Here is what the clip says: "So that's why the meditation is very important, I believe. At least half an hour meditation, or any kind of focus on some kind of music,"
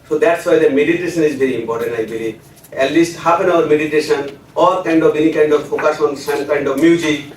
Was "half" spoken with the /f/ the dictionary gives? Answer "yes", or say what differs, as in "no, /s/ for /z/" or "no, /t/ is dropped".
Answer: no, /p/ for /f/